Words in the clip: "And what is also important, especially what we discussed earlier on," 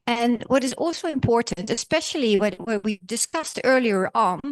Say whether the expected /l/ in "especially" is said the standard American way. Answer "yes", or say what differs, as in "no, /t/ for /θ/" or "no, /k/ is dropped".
no, /w/ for /l/